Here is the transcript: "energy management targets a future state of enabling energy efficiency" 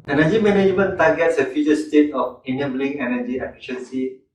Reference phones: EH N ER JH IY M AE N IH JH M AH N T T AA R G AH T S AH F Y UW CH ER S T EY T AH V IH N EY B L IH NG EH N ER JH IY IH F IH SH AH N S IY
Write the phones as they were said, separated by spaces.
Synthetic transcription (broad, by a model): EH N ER JH IY M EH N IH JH M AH N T T AA G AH T S AH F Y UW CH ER S T EY T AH F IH N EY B L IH NG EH N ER JH IY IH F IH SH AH N S IY